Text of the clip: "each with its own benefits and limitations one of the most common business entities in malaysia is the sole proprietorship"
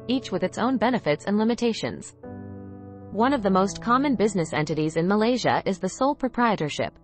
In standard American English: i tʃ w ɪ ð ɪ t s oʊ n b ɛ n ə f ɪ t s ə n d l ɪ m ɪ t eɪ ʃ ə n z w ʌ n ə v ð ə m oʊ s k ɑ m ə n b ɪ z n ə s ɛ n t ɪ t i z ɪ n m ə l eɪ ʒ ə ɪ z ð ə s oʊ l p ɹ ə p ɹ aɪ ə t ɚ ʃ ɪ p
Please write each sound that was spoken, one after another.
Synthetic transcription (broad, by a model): i tʃ w ɪ ð ɪ t s oʊ n b ɛ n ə f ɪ t s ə n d l ɪ m ɪ t eɪ ʃ ə n z w ʌ n ə v ð ə m oʊ s k ɑ m ə n b ɪ z n ə s ɛ n t ɪ t i z ɪ n m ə l eɪ ʒ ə ɪ z ð ə s oʊ l p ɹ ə p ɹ aɪ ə t ɚ ʃ ɪ p